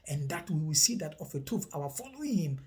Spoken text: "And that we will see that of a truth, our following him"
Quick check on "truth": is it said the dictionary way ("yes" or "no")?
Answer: no